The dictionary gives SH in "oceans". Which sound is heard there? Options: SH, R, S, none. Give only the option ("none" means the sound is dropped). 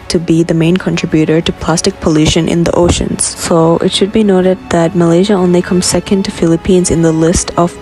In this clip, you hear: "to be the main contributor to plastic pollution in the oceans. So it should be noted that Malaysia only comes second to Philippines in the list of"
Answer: SH